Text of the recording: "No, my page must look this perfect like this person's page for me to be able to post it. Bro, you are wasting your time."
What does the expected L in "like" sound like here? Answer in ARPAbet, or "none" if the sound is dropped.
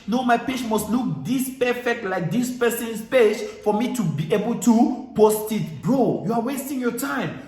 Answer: L